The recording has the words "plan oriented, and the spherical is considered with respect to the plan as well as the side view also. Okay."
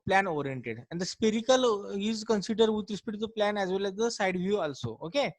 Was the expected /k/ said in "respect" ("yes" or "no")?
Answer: no